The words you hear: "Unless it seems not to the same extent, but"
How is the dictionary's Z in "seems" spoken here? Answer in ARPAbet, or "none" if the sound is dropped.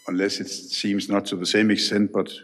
Z